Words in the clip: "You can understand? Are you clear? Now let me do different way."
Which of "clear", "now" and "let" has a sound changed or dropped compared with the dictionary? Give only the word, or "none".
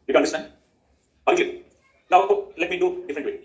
clear